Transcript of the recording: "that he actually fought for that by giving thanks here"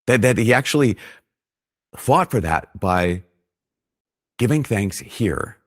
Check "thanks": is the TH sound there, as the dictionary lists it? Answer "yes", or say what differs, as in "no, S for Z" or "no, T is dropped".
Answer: yes